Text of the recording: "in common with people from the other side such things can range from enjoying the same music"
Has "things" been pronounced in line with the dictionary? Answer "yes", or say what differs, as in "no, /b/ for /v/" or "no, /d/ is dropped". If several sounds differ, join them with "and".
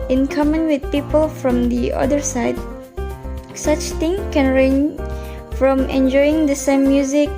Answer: no, /t/ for /θ/ and /z/ is dropped